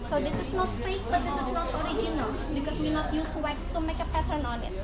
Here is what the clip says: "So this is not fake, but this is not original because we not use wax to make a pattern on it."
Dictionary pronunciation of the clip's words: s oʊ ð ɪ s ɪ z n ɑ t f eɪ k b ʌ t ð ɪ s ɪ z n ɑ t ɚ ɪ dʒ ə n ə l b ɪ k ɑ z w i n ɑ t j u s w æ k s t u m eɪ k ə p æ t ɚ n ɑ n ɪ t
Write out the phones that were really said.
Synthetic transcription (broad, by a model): s oʊ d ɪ s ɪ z n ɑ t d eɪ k b ʌ t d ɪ s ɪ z n ɑ t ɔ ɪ dʒ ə n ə l b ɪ k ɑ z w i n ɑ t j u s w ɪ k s t u m eɪ k ə p æ t ɚ n ɑ n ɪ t